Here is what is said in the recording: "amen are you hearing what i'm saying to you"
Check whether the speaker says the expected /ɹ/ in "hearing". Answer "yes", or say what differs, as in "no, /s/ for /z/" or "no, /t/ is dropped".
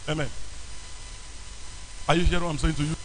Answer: no, /ɹ/ is dropped